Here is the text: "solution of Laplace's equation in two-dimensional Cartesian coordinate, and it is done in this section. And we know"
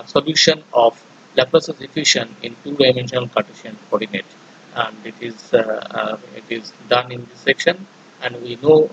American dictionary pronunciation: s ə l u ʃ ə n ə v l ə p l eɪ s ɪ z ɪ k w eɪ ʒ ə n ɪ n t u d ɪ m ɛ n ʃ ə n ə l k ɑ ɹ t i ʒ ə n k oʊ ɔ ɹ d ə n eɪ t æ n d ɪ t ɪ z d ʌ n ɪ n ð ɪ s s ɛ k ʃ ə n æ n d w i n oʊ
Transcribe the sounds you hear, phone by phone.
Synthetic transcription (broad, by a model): s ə l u ʃ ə n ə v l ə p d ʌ s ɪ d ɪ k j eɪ ʃ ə n ɪ n t u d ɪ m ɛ n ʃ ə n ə l k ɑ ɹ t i ʃ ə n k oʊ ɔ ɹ d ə n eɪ t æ n d ɪ t ɪ z d ʌ n ɪ n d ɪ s s ɛ k ʃ ə n æ n d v i n oʊ